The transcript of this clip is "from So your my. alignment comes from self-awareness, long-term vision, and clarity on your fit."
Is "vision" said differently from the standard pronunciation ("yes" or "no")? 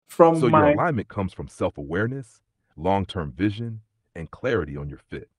no